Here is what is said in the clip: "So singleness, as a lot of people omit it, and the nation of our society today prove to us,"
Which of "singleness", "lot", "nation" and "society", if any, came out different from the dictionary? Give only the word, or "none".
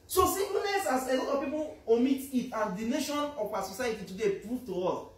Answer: singleness